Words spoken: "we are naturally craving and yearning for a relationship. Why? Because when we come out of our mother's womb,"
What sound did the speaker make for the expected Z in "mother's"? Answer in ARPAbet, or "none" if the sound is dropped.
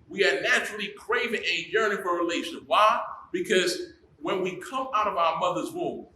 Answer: Z